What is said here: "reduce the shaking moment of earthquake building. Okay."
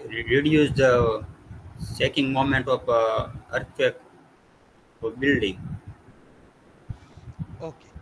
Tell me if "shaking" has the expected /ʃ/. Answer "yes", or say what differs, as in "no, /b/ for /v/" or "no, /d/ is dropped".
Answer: no, /s/ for /ʃ/